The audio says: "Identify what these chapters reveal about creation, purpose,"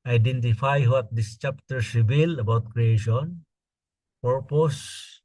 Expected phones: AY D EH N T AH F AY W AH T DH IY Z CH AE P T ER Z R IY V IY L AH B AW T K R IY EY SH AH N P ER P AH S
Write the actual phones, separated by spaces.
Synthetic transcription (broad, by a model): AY D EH N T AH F AY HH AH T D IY S CH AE P T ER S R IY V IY L AH B AW T K R IY EY SH AH N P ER P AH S